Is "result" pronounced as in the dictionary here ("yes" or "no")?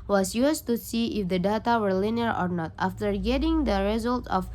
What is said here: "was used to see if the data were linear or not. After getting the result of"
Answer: yes